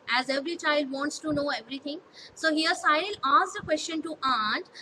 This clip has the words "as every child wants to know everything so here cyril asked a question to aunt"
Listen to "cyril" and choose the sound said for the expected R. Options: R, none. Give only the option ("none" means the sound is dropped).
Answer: none